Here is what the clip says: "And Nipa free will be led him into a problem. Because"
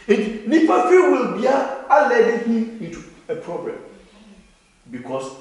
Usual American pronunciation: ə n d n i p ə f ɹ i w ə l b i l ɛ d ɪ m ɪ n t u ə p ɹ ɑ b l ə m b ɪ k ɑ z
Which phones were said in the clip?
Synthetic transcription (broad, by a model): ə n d n i p ə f i w ə l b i l ɛ d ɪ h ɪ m t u ə p ɹ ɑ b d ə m b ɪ k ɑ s